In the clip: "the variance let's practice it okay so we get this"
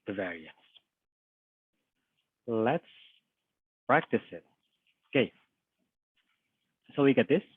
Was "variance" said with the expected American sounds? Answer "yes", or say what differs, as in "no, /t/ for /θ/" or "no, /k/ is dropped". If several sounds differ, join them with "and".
yes